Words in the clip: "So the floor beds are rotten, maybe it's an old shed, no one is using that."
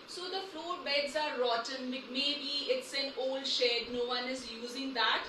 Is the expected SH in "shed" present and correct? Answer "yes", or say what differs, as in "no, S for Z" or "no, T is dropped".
yes